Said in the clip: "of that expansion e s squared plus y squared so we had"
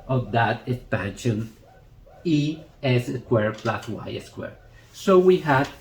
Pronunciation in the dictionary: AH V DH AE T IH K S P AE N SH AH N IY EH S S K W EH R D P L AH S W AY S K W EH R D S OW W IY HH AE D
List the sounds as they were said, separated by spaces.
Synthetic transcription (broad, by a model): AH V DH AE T IH K S P AE N SH AH N IY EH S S K W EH R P L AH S W AY S K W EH R S OW W IY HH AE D